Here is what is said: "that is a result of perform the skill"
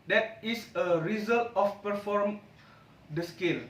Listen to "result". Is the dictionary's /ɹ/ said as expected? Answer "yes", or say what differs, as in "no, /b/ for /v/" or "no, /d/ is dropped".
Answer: yes